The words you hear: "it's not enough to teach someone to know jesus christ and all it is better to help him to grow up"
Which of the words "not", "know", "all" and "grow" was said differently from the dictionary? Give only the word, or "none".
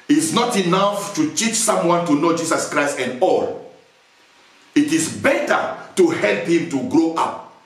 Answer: none